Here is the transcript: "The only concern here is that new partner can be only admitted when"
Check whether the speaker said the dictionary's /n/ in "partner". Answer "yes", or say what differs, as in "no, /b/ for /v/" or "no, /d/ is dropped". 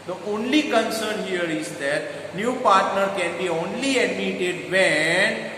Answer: yes